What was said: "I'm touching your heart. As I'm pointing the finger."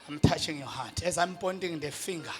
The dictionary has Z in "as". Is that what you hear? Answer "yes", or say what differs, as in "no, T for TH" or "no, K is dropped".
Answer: yes